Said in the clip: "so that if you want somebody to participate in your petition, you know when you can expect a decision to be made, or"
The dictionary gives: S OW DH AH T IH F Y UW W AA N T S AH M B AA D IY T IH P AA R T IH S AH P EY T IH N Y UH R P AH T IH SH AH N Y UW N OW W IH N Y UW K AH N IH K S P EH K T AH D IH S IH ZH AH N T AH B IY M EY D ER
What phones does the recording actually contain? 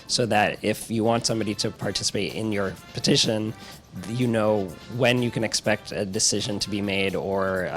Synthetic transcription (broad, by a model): S OW DH AH T IH F Y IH W AA N T S AH M B AA D IY T IH P AA R T IH S AH P EY T IH N Y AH R P AH T IH SH AH N Y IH N OW W IH N Y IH K AH N IH K S P EH K T AH D IH S IH ZH AH N T AH B IY M EY D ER